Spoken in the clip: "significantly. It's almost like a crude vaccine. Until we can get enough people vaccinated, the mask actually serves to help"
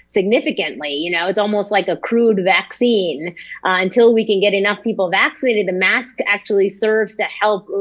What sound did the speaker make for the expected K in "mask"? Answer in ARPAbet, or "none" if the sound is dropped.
K